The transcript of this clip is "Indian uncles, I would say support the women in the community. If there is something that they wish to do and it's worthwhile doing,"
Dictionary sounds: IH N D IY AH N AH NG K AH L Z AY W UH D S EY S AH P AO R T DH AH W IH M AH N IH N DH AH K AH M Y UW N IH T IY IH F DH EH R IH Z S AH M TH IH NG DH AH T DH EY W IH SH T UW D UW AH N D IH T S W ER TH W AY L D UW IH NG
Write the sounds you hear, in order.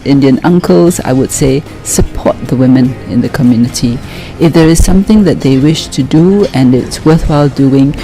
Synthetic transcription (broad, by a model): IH N D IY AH N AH NG K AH L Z AY W UH D S EY S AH P AO T DH AH W IH M AH N IH N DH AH K AH M Y UW N IH T IY IH F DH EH R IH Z S AH M TH IH NG DH AH T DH EY W IH SH T UW D UW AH N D IH T S W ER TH W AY L D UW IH NG